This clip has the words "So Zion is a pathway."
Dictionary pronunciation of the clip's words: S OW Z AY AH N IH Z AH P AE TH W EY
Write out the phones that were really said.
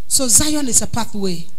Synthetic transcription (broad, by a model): S OW Z AY AH N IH S AH P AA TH W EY